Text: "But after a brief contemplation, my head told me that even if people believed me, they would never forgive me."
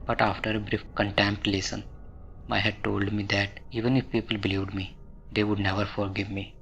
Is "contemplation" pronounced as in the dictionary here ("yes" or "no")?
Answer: no